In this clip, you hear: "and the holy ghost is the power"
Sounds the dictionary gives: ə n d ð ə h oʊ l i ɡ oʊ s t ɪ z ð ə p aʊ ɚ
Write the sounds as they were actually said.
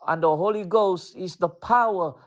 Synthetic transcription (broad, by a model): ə n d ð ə h oʊ l i ɡ oʊ s t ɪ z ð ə p aʊ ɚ